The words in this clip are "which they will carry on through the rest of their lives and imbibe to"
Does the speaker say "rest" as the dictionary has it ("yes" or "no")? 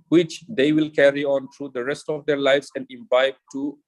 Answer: yes